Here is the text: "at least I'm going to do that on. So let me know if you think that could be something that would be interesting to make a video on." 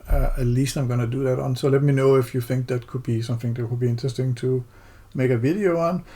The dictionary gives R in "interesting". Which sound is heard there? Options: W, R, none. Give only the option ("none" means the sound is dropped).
none